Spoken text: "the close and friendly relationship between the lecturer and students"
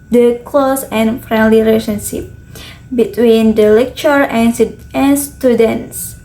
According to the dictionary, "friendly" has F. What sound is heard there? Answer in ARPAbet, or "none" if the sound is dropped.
F